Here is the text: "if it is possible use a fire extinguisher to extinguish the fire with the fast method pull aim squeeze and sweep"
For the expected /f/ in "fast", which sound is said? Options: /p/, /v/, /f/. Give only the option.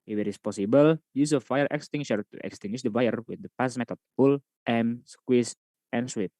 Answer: /p/